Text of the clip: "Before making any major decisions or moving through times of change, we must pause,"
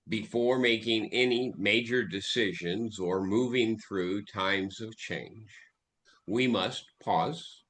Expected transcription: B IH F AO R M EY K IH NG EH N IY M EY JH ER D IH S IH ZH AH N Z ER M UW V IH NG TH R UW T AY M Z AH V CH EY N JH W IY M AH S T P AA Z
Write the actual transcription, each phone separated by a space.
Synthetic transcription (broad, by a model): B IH F AO R M EY K IH NG EH N IY M EY JH ER D IH S IH ZH AH N Z ER M UW V IH NG TH R UW T AY M Z AH V CH EY N JH W IY M AH S T P AA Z